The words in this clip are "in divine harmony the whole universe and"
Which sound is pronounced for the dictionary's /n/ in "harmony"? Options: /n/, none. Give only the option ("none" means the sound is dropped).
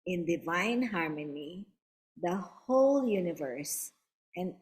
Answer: /n/